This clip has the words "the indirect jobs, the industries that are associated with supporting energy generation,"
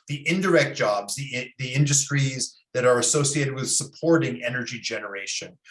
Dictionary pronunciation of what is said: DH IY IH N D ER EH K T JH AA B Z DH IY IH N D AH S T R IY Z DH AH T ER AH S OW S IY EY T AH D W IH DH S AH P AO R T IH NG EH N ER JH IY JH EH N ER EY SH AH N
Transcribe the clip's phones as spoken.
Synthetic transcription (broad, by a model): DH IY IH N D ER EH K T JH AA B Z DH IY IH N D AH S T R IY Z DH AH T ER AH S OW S IY EY T AH D W IH DH S AH P AO R T IH NG EH N ER JH IY JH EH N ER EY SH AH N